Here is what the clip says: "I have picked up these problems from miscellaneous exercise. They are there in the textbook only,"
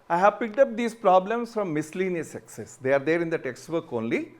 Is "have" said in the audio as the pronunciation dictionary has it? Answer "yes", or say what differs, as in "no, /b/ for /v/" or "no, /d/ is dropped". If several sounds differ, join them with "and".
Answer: yes